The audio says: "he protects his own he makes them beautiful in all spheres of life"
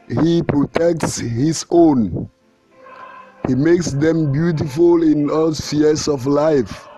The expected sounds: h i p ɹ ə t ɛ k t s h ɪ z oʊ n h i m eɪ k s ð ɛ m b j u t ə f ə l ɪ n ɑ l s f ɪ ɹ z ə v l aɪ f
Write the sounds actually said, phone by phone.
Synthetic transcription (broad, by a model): h i p ɹ ə t ɛ k t s h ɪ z oʊ n h i m eɪ k s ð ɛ m b j u t ə f ə l ɪ n ɑ l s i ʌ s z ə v l aɪ f